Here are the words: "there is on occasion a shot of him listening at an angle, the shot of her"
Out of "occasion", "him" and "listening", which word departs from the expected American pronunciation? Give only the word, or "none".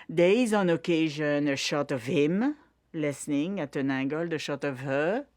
none